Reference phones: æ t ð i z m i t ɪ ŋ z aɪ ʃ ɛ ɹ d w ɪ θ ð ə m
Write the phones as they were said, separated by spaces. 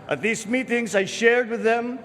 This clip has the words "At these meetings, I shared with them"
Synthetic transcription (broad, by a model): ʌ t ð i z m i t ɪ ŋ z aɪ ʃ ɛ ɹ d w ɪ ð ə m